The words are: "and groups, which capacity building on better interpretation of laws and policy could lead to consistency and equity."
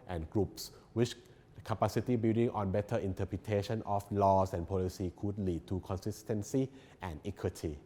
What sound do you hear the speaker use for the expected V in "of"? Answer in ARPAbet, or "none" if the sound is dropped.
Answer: F